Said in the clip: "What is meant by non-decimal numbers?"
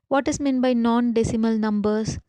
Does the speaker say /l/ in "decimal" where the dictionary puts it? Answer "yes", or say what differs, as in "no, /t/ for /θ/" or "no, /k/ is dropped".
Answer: yes